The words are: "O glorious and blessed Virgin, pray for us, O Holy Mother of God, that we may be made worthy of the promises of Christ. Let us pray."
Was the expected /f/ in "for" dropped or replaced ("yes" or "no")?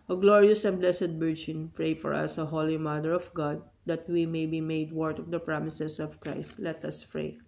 no